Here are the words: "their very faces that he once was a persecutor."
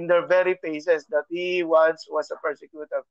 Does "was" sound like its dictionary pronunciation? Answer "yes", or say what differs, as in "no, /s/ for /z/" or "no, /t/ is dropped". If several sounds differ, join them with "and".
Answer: no, /s/ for /z/